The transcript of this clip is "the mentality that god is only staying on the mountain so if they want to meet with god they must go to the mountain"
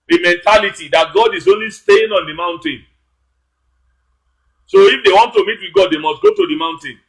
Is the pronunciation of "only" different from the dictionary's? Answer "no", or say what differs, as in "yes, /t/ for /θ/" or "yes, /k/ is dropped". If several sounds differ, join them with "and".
no